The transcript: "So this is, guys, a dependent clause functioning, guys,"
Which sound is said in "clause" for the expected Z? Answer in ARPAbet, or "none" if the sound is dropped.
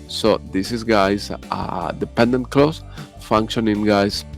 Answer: S